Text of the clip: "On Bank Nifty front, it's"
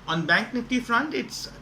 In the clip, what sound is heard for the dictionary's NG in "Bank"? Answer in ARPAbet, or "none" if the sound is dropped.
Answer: NG